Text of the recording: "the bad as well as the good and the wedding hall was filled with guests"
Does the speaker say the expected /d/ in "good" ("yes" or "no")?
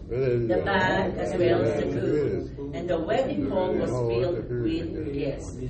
no